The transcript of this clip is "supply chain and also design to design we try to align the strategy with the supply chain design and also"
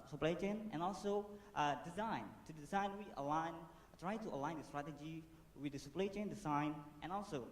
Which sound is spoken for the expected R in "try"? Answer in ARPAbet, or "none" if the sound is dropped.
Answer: R